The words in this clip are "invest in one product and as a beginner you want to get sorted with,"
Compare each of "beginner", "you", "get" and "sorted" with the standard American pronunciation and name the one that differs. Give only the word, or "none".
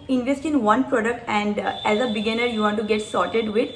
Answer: none